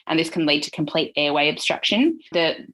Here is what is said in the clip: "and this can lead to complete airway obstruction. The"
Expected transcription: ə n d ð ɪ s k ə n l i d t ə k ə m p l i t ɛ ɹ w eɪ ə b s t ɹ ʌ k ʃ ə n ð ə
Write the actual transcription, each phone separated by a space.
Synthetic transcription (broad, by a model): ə n ð ɪ s k ə n l i d t ə k ə m p l i t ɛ w eɪ ə b s t ɹ ʌ k ʃ ə n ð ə